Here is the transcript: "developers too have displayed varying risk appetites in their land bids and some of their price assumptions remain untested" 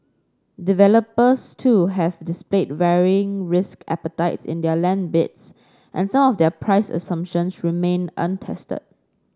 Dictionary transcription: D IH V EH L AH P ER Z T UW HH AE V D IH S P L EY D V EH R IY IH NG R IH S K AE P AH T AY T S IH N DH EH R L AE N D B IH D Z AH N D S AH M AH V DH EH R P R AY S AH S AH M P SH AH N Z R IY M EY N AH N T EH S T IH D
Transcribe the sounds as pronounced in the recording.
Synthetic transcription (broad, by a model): D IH V EH L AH P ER S T UW HH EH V D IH S P L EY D V EH R IY IH NG R IH S K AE P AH T AY T S IH N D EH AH L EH N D B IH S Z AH N S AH M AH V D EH P R AY S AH S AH M P SH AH N S R IY M EY N AH N T EH S T IH D